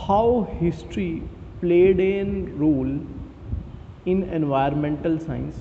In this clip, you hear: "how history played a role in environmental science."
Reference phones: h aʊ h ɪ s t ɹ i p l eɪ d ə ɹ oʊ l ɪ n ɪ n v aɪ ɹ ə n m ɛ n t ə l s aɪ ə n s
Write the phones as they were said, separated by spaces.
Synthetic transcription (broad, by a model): h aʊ h ɪ s t ɹ i p l eɪ d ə ɹ oʊ l ɪ n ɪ n v aɪ ə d m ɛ n t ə l s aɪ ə n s